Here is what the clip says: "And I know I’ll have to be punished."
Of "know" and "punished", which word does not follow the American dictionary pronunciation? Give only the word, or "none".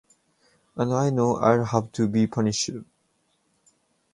punished